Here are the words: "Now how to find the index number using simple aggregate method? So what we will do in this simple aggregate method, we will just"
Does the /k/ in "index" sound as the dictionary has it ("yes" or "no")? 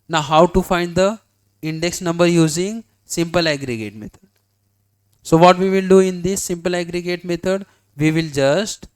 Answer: yes